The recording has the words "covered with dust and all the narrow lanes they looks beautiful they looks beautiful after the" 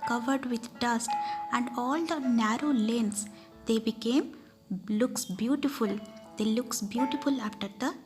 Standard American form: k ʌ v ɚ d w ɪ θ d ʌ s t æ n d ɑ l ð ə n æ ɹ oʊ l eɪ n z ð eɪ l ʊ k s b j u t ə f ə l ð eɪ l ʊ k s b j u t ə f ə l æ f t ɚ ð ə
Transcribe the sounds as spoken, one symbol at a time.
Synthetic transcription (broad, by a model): k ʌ v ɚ d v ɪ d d ʌ s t æ n d ɑ l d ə n æ ɹ oʊ l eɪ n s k eɪ l ʊ k s b j u t ə f ə l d eɪ l ʊ k s b j u t ə f ə l æ f t ɚ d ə